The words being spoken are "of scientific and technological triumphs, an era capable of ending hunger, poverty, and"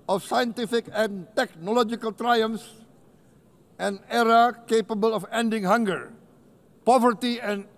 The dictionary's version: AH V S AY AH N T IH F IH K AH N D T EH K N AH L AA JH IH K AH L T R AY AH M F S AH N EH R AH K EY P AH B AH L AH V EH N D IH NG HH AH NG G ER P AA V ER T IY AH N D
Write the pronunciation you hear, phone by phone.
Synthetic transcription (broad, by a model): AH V S AY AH N T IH F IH K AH N T EH K N AH L AA JH IH K AH L T R AY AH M S AH N EH R AH K EY P AH B AH L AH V EH N D IH NG HH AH NG G ER P AA V ER T IY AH N